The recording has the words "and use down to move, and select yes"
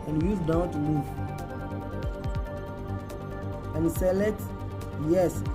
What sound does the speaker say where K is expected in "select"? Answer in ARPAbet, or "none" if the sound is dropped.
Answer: none